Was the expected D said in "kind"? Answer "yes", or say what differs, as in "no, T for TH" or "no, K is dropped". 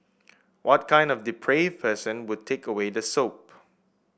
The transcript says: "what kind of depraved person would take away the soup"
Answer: yes